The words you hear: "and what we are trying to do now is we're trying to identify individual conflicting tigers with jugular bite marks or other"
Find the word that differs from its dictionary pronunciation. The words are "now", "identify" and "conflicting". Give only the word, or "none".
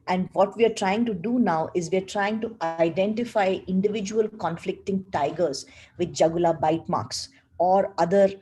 none